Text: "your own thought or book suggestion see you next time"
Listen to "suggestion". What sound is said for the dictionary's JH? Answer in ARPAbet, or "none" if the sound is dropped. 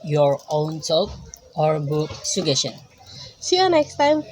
none